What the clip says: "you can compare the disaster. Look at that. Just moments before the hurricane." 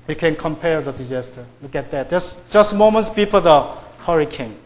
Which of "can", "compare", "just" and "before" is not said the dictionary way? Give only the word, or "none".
before